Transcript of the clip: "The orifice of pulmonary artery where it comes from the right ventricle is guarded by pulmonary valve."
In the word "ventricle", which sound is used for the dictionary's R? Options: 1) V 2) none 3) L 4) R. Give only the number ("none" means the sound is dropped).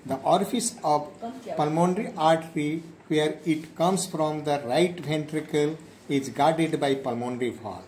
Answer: 4